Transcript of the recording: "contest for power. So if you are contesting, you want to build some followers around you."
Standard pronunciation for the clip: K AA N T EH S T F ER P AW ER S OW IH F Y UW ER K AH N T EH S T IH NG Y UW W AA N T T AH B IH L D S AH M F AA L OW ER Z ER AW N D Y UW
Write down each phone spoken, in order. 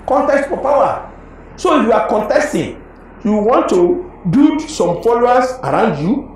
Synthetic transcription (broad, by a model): K AA N T EH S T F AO P AW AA S OW IH F Y UW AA K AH N T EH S T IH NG Y UW W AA N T T AH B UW D S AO M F AA L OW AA S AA AW N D Y UW